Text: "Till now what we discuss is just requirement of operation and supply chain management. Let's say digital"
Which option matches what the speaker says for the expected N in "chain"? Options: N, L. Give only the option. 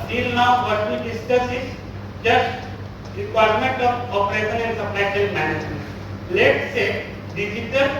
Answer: L